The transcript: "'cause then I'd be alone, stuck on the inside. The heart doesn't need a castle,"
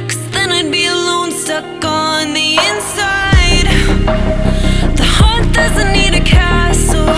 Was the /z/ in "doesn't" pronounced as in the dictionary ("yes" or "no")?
yes